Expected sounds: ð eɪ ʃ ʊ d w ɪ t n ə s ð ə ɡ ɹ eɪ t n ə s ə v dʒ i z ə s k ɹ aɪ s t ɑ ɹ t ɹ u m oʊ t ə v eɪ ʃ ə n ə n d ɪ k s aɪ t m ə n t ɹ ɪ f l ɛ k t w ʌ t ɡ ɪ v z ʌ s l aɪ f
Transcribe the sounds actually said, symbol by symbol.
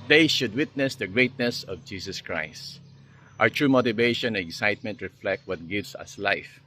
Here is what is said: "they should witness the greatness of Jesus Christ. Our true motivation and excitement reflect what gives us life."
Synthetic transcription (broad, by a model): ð eɪ ʃ ʊ d w ɪ t n ə s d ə ɡ ɹ eɪ t n ə s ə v dʒ i s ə s k ɹ aɪ s t ɑ ɹ t ɹ u m oʊ t ə v eɪ ʃ ə n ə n ɪ k s aɪ t m ə n t ɹ ɪ f l ɛ k t w ʌ t ɡ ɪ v s ʌ s l aɪ f